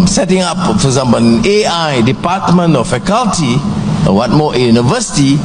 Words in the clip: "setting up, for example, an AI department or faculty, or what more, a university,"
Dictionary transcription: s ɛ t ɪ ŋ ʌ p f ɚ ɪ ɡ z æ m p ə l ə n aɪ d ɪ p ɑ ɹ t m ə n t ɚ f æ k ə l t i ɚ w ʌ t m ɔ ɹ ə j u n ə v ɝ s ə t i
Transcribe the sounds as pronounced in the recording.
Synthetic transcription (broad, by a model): s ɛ t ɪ ŋ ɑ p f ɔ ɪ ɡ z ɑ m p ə n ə aɪ d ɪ p ɑ t m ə n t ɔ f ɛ k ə l t i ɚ w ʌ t m ɔ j ə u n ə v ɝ s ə t i